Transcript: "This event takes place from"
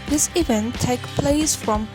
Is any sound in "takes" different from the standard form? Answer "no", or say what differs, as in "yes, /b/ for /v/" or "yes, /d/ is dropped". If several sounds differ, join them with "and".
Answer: yes, /s/ is dropped